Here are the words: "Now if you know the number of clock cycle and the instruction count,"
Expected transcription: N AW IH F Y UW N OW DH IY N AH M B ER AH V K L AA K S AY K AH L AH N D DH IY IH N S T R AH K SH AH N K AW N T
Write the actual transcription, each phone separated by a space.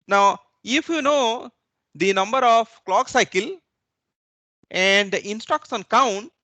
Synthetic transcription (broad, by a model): N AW IH F Y UW N OW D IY N AH M B ER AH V K L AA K S AY K AH L AH N D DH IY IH N S T AO K S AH N K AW N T